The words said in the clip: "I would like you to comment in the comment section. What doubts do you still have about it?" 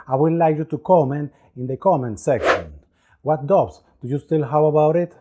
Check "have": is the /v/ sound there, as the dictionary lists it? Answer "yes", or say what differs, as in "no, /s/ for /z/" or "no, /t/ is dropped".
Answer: no, /w/ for /v/